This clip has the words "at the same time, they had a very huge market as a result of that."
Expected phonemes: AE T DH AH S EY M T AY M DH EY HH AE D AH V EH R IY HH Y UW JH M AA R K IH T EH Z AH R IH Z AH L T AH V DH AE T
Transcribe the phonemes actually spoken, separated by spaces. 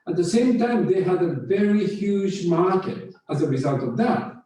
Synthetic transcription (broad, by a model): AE T DH AH S EY M T AY M DH EY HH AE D AH V EH R IY HH Y UW JH M AA R K IH T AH Z AH R IH Z AH L T AH V DH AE T